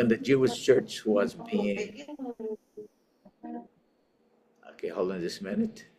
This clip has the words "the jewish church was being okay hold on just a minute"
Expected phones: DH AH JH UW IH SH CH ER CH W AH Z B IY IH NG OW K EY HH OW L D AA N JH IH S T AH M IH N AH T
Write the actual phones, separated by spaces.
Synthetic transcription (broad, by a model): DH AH JH UW IH SH CH ER CH W AH Z B IY IH NG OW K EY HH OW L D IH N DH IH S M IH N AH T